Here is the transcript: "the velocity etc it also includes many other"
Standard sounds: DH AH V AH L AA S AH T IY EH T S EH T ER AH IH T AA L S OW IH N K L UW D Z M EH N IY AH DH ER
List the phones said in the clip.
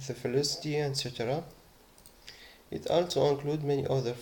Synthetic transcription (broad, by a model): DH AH F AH L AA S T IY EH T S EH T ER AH IH T AA L S OW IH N K L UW D M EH N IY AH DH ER